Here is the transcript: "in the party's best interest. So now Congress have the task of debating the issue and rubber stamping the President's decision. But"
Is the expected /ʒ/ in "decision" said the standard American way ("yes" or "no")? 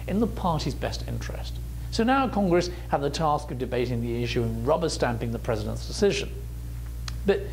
yes